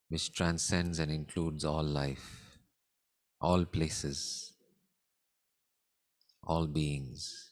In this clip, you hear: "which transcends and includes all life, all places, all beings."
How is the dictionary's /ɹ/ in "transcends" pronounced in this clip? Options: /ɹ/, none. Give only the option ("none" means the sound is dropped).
/ɹ/